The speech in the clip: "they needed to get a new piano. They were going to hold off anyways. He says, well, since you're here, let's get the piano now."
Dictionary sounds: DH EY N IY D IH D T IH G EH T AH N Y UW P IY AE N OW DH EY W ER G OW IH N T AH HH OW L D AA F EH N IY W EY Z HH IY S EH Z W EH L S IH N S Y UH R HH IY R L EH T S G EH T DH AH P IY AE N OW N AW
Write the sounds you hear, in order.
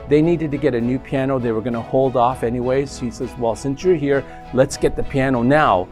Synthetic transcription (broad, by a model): DH EY N IY D IH D T IH G EH T AH N Y UW P IY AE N OW DH EY W ER G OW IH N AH HH OW L D AA F EH N IY W EY Z HH IY S EH Z W EH L S IH N S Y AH R HH IY R L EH T S G EH T DH AH P IY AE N OW N AW